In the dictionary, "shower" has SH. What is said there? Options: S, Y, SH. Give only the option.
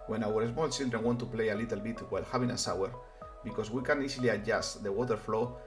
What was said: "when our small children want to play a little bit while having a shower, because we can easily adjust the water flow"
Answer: S